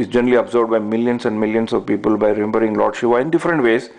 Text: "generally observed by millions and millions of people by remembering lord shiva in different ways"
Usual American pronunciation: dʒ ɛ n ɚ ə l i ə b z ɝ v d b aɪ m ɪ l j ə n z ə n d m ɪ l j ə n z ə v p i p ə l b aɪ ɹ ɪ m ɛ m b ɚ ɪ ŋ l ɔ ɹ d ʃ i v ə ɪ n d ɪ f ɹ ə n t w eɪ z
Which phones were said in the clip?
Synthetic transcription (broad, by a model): dʒ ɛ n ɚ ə l i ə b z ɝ b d b aɪ m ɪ l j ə n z ə n d m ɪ l j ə n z ə v p i p ə l b aɪ ɹ ɪ m ɛ m b ɚ ɪ ŋ l ɔ ɹ d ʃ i v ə ɪ n d ɪ f ɹ ə n t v eɪ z